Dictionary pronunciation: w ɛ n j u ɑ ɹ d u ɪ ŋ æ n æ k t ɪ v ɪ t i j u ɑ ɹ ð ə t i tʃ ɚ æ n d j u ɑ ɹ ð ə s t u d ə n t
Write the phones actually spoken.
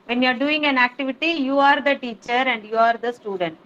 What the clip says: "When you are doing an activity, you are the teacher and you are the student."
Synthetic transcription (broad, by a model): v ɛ n j u ɑ ɹ d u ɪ ŋ æ n æ k t ɪ v ɪ t i j u ɑ ɹ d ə t i tʃ ɚ æ n d j u ɑ ɹ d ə s t u d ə n t